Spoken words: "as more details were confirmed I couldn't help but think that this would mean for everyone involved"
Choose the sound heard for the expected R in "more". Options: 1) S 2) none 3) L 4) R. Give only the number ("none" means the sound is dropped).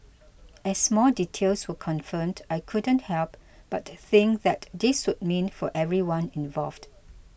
3